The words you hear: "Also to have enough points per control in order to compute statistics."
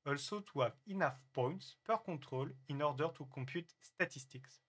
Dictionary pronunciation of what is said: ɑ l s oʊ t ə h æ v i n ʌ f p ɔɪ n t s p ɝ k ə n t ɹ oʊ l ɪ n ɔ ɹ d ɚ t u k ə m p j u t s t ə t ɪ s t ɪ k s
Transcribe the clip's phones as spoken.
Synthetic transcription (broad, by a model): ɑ l s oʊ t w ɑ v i n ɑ f p ɔɪ n t s p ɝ k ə t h oʊ l ɪ n ɔ ɹ d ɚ t u k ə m p j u t s t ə t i s t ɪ k s